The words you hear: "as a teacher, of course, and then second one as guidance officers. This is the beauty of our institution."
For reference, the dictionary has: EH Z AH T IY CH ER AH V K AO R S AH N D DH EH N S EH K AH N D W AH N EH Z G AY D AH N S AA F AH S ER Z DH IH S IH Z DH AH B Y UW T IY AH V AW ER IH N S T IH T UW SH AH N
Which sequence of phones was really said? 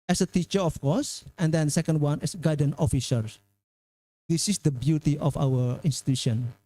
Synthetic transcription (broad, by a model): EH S AH T IY CH ER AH F K AO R S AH N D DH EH N S EH K AH N D W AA N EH S G AY D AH N AA F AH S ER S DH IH S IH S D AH B Y UW T IY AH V AW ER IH N S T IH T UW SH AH N